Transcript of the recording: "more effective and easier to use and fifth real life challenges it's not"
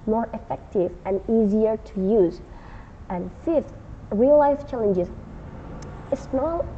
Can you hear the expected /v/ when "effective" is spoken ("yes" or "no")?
yes